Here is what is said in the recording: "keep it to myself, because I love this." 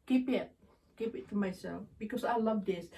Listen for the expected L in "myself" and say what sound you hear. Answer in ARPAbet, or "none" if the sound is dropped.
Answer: L